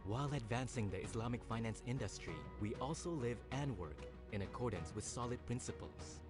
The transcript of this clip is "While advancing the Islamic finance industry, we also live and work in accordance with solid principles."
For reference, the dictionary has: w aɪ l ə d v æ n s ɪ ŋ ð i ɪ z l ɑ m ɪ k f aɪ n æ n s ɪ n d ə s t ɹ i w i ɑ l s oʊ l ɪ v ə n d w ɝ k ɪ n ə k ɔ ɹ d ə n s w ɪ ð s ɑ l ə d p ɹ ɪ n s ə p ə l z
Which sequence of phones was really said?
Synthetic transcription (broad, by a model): w aɪ l ə d v æ n s ɪ ŋ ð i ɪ s l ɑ m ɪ k f aɪ n æ n s ɪ n d ə s t ɹ i w i ɑ l s oʊ l ɪ v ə n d w ɝ k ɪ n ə k ɔ ɹ d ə n s w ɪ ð s ɑ l ə d p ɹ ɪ n s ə p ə l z